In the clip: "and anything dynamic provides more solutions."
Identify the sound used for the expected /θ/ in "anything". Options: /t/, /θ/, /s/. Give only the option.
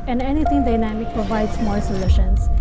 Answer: /t/